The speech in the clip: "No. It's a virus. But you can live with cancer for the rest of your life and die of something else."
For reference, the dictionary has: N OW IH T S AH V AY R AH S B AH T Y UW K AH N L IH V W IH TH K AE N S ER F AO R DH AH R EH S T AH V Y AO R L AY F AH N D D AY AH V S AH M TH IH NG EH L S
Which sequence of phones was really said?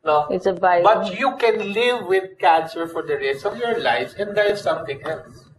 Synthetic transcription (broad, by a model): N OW IH T S AH B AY AH B AH T Y UW K AH N L IH V IH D K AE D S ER F AO R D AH R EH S AH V Y AO R L AY F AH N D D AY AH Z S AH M T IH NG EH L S